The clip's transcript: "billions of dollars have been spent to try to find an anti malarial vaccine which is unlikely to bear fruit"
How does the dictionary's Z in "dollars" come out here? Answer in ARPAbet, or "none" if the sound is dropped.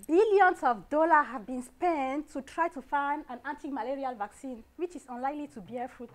none